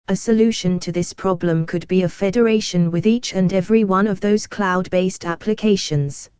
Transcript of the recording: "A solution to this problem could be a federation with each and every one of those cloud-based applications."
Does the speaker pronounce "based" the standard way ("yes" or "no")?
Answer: yes